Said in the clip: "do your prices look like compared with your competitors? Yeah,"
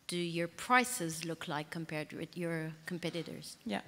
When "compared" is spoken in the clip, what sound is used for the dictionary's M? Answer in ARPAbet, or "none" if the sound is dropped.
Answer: M